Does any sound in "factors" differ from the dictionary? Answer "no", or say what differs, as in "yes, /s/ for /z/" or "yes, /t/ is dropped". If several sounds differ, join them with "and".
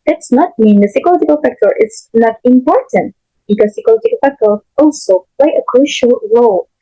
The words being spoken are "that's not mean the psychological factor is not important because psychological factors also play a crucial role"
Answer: yes, /z/ is dropped